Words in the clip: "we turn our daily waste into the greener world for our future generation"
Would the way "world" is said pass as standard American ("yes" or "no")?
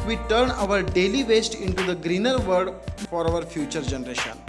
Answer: no